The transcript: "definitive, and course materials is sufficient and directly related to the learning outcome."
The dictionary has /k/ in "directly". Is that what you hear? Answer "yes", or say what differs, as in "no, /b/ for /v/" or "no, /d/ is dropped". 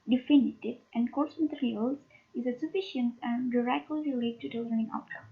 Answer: no, /k/ is dropped